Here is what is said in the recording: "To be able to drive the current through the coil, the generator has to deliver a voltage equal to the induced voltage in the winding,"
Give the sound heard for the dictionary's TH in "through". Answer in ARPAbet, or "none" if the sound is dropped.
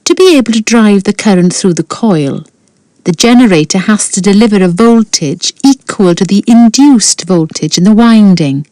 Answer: TH